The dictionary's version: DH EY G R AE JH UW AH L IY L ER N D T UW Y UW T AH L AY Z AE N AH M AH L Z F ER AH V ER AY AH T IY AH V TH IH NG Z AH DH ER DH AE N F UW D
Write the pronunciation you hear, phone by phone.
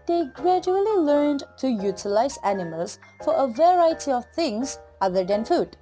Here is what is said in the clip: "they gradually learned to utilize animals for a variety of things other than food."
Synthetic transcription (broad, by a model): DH EY G R AE JH UW AH L IY L ER N D T UW Y UW T AH L AY Z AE N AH M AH L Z F ER AH V ER AY AH T IY AH V TH IH NG Z AH DH ER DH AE N F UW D